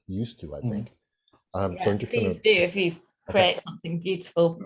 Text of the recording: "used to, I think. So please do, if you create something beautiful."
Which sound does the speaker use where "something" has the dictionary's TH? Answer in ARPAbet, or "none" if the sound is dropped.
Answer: TH